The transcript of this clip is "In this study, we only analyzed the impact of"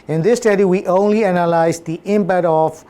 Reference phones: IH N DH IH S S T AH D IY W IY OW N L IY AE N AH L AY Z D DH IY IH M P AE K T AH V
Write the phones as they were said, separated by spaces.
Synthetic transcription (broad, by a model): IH N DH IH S S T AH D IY W IY OW N L IY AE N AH L AY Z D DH IY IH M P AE T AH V